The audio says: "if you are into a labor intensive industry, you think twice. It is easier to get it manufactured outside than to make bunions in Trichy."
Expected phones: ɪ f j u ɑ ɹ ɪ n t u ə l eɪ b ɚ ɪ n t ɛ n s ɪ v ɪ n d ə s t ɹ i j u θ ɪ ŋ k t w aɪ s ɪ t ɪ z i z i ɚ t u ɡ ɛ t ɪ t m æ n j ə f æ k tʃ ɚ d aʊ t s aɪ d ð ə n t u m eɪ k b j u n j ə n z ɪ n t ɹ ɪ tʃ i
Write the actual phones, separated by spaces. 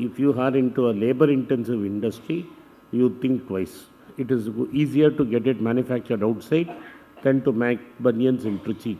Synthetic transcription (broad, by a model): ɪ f j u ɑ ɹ ɪ n t u ə l eɪ b ɚ ɪ n t ɛ n s ɪ v ɪ n d ə s t ɹ i j u t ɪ ŋ k t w aɪ s ɪ t ɪ z i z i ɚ t u ɡ ɛ t ɪ t m æ n j ə f æ k tʃ ɚ d aʊ t s aɪ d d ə n t u m eɪ k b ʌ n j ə n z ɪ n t ɹ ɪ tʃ i